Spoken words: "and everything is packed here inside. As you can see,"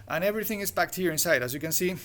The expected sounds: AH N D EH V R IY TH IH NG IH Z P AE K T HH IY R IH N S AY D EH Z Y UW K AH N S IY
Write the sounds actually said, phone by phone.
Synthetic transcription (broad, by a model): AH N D EH V R IY TH IH NG IH Z B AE K T HH IY R IH N S AY D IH Z Y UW K AH N S IY